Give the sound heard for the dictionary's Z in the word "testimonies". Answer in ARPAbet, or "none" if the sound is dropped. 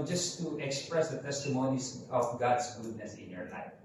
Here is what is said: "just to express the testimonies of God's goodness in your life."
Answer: S